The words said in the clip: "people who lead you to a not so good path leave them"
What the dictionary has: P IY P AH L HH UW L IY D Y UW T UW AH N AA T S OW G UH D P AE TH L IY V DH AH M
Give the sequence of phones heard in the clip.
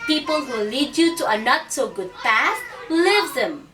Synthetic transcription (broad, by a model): P IY P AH L HH UW L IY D Y UW T UW AH N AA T S OW G UH D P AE S L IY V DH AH M